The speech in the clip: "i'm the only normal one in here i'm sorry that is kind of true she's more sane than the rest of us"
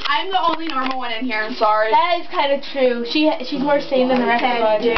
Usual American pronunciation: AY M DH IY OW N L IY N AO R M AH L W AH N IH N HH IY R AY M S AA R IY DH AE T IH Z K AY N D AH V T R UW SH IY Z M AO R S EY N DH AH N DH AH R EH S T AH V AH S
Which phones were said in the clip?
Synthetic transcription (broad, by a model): AY M DH IY OW N L IY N AO R M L W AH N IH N HH IY R AY M S AA R IY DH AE T IH Z K AY N D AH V T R UW SH IY Z M AO R S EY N DH AH N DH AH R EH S AH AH